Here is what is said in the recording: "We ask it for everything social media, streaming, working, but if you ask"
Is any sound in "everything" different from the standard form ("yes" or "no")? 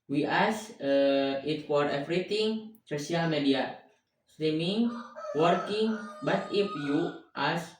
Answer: yes